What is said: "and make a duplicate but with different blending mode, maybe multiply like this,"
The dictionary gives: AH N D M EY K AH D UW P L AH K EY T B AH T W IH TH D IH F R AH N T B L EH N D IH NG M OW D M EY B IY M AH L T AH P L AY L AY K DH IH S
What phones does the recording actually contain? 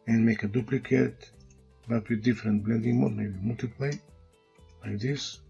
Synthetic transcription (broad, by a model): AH N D M EY K AH D UW P L AH K EY T B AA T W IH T D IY F R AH N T B L EH N D IH NG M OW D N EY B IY M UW L T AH P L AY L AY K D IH S